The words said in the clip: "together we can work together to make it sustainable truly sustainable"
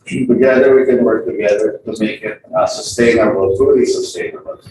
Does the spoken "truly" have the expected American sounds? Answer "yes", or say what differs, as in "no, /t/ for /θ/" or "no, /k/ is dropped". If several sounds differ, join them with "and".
no, /ɹ/ is dropped